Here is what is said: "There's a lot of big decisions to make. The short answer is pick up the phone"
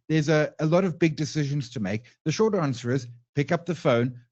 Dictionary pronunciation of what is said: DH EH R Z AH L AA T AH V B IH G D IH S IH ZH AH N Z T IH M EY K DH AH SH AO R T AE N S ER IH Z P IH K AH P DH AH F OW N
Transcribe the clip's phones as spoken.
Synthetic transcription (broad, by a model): DH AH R Z AH L AA T AH V B IH G D IH S IH ZH AH N Z T IH M EY K DH AH SH AO R T AE N S ER IH Z P IH K AH P DH AH F OW N